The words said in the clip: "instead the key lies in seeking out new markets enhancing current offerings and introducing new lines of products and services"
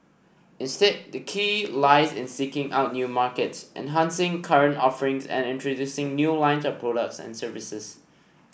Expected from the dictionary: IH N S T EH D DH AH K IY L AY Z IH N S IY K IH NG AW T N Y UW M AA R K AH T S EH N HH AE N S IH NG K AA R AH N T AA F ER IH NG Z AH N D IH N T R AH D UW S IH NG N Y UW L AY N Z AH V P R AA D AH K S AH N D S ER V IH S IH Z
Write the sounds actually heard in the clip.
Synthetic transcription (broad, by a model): IH N S T EH D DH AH K IY L AY Z IH N S IY K IH NG AW T N Y UW M AA K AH T S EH N HH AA N S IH NG K AA R AH N T AA F ER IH NG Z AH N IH N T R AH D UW S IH NG N Y UW L AY N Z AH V P R AA D AH K S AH N S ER V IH S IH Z